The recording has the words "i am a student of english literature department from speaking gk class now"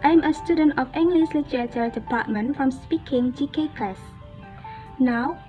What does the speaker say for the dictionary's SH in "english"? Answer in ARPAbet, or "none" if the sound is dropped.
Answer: S